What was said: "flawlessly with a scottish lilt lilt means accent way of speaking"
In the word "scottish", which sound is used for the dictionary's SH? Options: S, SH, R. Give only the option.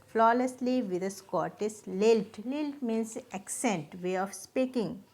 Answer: S